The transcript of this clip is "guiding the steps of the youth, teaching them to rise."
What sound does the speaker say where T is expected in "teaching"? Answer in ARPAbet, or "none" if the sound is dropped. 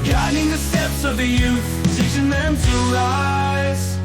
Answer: S